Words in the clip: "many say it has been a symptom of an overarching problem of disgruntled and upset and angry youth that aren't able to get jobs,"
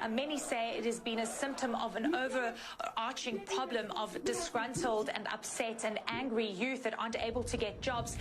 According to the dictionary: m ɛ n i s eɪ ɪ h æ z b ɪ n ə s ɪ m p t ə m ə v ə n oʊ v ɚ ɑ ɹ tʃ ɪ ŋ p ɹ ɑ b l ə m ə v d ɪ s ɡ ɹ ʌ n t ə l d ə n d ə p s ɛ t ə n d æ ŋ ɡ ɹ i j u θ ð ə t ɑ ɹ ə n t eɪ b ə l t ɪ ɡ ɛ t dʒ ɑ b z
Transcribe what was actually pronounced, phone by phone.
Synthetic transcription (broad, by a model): m ɛ n i s eɪ ɪ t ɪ z b ɪ n ə s ɪ m p t ə m ə v ə n oʊ v ɚ ɑ ɹ tʃ ɪ ŋ p ɹ ɑ b l ə m ə v d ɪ s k ɹ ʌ n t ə l d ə n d ə p s ɛ t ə n æ ŋ ɡ ɹ i j u θ ð ə t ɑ ə n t eɪ b ə l t ɪ ɡ ɛ t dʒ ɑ b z